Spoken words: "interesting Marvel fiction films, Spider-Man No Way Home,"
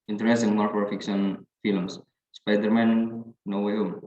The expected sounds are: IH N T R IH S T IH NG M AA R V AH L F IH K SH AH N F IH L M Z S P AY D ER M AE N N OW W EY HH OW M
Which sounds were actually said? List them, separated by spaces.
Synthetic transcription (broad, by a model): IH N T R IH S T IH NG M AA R P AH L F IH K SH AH N F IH L M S S P AY D ER M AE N N OW W EY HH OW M